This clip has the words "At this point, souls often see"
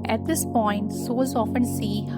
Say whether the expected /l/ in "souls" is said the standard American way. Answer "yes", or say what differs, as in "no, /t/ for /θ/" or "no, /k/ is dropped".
no, /l/ is dropped